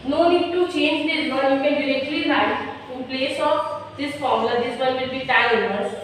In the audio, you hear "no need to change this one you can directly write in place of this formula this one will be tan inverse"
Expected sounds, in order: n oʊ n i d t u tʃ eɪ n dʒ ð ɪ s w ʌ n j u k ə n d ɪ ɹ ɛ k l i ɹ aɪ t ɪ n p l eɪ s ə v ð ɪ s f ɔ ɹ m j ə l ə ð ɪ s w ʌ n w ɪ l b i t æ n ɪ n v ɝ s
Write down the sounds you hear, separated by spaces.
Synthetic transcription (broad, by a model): n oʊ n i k t u tʃ eɪ n dʒ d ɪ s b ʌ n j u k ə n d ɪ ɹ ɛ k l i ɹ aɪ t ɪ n p l eɪ s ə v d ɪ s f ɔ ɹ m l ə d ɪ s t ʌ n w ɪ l b i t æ l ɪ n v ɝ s